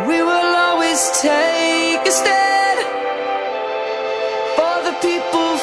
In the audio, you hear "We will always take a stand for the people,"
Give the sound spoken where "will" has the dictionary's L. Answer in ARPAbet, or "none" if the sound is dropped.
L